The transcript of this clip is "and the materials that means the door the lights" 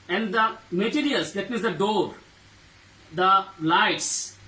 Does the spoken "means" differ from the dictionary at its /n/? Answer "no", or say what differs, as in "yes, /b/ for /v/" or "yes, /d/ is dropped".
yes, /n/ is dropped